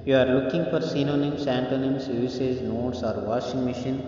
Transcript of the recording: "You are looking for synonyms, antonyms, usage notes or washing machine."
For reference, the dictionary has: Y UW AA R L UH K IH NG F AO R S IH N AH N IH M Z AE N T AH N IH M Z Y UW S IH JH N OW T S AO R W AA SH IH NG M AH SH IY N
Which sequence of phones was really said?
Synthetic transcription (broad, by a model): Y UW AA R L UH K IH NG F AO R S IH N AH N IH M S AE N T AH N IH M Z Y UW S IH Z N OW T S AO R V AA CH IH NG M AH SH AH N